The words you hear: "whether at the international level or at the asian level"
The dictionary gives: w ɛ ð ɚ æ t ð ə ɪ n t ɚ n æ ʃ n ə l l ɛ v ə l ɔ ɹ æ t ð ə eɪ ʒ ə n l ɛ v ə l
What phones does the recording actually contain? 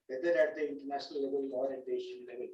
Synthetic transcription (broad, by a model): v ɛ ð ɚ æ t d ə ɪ n t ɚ n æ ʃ n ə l l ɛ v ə l ɔ ɹ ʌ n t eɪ ʃ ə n l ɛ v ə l